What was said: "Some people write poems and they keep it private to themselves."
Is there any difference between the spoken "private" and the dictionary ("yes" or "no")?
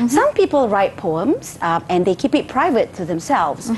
no